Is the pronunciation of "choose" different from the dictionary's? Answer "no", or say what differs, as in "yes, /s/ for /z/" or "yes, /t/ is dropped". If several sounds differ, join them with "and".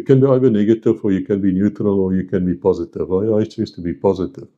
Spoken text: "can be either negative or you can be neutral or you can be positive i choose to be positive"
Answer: yes, /s/ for /z/